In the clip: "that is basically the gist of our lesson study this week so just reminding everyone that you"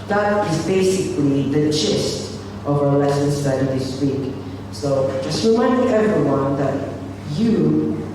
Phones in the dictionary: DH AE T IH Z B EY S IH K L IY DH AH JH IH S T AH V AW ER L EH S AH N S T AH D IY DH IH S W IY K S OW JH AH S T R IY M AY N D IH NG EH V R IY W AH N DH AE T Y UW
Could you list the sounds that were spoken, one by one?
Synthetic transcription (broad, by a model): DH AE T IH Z B EY S IH K L IY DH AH CH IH S T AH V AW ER L EH S AH N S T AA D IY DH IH S W IY K S OW JH AH S T R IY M AY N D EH V R IY W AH N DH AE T Y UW